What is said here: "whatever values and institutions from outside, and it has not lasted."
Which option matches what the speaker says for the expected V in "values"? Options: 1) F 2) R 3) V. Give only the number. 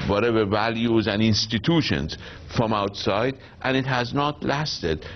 3